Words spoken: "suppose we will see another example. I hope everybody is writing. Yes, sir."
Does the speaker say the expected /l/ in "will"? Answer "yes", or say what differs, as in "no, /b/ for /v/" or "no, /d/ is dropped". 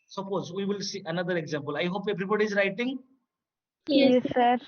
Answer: yes